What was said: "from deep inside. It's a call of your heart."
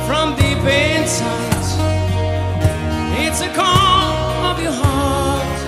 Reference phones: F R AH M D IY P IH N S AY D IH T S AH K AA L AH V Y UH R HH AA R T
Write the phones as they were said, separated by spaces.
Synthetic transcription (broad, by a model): F R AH M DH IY B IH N S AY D IH T S AH K AA L AH V Y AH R HH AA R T